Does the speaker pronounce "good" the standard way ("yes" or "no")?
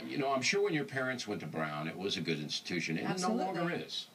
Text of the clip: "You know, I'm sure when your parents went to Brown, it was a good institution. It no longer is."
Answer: yes